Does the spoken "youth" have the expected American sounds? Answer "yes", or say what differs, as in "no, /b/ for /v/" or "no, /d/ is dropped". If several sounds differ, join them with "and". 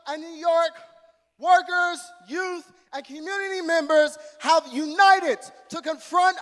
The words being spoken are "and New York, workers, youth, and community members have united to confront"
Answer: yes